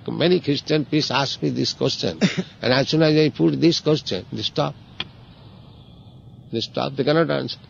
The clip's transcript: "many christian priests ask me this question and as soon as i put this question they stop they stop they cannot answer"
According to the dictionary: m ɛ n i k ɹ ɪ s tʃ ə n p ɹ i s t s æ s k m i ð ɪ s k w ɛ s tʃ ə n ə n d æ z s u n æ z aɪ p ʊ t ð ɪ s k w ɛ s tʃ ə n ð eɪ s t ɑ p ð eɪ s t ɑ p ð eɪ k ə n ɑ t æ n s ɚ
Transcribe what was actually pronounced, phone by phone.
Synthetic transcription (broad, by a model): m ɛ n i k ɹ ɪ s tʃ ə n p i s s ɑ s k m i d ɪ s k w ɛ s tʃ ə n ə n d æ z s u n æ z aɪ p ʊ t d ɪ s k w ɛ s tʃ ə n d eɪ s t ɑ p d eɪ s t ɑ p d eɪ k ə n ɑ t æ n s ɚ